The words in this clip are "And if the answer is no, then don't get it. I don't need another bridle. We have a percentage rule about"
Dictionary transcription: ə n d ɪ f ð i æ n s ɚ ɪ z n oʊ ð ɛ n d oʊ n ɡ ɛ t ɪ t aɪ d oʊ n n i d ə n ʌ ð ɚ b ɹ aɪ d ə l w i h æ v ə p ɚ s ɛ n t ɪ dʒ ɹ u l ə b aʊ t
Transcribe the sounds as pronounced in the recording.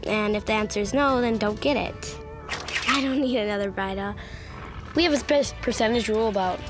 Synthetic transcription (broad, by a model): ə n ɪ f ð i æ n s ɚ z n oʊ ð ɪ n d oʊ n ɡ ɛ t ɪ t aɪ d oʊ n n i d ə n ʌ ð ɚ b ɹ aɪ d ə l w i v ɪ p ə p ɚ s ɛ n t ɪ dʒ ɹ u l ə b aʊ t